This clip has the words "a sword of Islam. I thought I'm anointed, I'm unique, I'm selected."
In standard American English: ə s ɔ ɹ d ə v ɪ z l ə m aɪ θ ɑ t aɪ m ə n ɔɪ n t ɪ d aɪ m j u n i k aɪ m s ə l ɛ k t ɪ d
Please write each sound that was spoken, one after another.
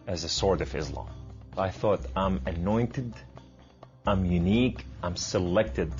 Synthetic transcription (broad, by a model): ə s ɔ ɹ d ə v ɪ z l ə m aɪ θ ɑ t aɪ m ə n ɔɪ n t ɪ d aɪ m j u n i k aɪ m s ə l ɛ k t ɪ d